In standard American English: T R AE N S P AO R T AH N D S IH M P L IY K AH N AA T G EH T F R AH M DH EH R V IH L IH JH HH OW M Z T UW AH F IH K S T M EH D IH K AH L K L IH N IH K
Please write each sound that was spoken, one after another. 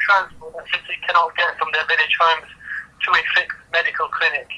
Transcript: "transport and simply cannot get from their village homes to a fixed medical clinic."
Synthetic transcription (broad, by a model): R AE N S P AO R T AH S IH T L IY K AH N AA T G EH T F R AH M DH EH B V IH N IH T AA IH M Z T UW AH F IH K T M EH D IH K AH L K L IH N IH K